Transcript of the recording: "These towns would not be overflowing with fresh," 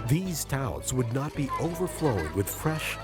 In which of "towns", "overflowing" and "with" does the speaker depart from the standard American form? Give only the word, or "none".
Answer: towns